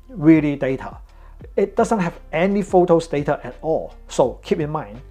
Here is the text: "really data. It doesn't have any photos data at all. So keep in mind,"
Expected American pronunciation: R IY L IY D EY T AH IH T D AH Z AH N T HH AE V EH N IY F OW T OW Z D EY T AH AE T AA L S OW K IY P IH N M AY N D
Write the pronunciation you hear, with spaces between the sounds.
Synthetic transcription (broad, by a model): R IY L IY D EY T AH IH T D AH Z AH N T HH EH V EH N IY F OW T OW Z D EY T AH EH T AA L S OW K IY P IH N M AY N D